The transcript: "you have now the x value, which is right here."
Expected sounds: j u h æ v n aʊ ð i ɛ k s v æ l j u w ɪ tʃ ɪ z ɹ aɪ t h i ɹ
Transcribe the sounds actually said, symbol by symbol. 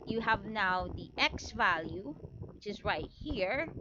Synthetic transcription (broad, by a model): j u h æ v n aʊ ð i ɛ k s v æ l j u w ɪ tʃ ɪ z ɹ aɪ t h i ɹ